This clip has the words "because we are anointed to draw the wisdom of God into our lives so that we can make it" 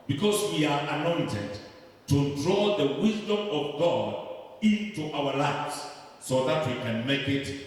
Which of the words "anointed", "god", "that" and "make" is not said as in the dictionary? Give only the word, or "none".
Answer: none